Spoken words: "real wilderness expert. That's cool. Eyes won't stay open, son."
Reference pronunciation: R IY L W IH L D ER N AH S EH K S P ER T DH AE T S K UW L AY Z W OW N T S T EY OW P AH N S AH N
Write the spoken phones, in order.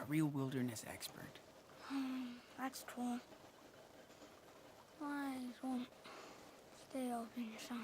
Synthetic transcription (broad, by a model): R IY L W IH L D ER N AH S EH K S P ER T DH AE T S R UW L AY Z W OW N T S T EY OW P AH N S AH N